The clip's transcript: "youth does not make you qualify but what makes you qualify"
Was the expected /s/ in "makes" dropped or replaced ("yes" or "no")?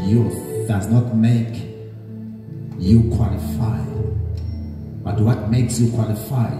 no